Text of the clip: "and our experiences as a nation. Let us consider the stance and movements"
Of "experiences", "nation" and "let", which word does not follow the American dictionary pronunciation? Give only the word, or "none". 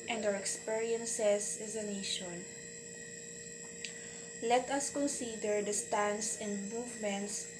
experiences